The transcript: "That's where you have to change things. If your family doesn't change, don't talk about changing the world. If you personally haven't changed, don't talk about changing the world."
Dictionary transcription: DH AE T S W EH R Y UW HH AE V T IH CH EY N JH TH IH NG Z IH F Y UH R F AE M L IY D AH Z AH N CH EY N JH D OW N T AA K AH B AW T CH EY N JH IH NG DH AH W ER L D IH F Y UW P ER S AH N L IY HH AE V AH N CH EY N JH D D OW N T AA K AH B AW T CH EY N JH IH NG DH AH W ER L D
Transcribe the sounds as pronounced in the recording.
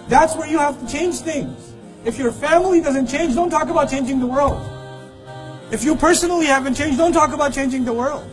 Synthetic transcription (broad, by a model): DH AE T S W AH R Y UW HH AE F T IH CH EY N JH TH IH NG Z IH F Y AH R F AE M L IY D AH Z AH N CH EY N JH D OW N T AA K AH B AW T CH EY N JH IH NG DH AH W ER L D IH F Y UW P ER S AH N L IY HH AE V AH N CH EY N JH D D OW N T AA K AH B AW T CH EY N JH IH NG DH AH W ER L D